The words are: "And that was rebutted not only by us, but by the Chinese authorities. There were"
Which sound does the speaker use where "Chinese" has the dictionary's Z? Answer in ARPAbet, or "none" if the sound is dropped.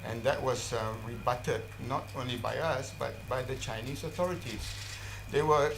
S